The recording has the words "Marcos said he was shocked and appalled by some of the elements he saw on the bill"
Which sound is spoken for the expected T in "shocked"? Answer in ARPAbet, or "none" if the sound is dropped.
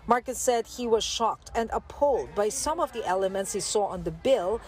T